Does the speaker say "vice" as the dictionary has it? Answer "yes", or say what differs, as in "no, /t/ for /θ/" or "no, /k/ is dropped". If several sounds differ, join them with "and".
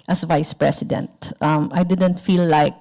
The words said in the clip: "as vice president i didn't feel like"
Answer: yes